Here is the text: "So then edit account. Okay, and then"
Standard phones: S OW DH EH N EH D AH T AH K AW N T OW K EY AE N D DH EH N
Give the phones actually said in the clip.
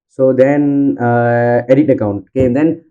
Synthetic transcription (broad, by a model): S OW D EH N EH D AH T AH K AW N T K EY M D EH N